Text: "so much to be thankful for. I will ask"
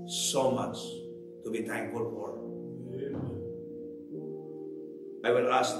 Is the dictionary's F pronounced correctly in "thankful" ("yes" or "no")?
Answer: no